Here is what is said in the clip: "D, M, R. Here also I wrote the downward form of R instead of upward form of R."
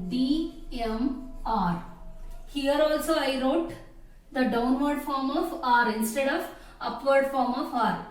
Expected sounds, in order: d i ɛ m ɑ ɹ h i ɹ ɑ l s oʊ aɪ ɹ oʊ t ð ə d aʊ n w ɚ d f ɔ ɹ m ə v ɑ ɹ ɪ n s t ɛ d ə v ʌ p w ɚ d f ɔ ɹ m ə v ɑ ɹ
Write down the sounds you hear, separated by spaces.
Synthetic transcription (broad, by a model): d i ɛ m ɑ ɹ h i ɹ ɑ l s oʊ aɪ ɹ oʊ t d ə d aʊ n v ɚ d f ɔ ɹ m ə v ɑ ɹ ɪ n s t ɛ d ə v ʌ p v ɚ d f ɔ ɹ m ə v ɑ ɹ